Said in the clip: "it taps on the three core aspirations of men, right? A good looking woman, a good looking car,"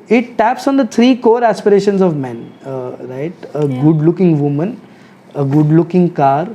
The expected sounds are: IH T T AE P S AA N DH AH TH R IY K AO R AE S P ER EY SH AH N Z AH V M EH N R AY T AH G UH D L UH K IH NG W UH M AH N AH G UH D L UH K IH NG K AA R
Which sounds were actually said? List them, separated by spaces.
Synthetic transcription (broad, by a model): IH T T AE P S AA N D AH T R IY K AO R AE S P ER EY SH AH N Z AH V M EH N R AY T AH G UH D L UH K IH NG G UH M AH N AH G UH D L UH K IH NG K AA R